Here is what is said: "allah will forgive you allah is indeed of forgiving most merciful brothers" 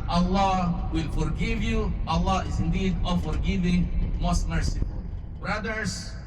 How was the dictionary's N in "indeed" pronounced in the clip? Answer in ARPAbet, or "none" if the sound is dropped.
N